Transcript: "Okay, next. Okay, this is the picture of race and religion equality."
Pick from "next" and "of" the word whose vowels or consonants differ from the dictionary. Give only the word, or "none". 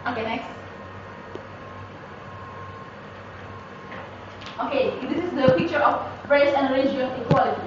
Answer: of